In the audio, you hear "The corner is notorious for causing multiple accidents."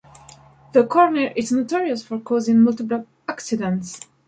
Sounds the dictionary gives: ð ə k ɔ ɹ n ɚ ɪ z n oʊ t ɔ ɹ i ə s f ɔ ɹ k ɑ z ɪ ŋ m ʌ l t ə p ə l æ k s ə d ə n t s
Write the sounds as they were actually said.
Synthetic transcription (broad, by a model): ð ə k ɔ ɹ n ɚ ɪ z n oʊ t ɔ ɹ i ə s f ɔ ɹ k ɑ z ɪ ŋ m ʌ l t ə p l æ k s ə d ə n t s